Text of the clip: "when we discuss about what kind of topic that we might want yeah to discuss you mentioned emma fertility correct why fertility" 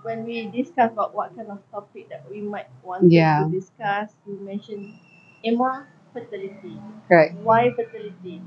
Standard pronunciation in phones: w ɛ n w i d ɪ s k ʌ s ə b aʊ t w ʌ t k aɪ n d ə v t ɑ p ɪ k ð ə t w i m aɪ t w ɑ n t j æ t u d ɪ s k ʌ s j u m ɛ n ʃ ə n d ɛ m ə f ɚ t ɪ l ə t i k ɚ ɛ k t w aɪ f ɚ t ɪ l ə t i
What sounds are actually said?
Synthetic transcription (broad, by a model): w ɛ n w i d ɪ s k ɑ s ə b aʊ t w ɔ t k aɪ n d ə f t ɑ p ɪ k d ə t w i m aɪ t w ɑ n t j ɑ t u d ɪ s k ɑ s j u m ɛ n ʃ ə n ɛ m ə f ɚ t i l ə t i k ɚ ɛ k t w aɪ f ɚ t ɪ l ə t i